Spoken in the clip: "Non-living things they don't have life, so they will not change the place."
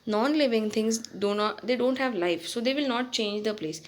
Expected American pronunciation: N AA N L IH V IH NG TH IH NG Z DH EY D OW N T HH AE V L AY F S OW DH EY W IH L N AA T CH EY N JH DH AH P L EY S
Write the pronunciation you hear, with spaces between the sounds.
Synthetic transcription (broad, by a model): N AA N L IH V IH NG T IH NG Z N EY D OW N T HH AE V L AY F S OW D EY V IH L N AA T CH EY N JH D AH P L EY S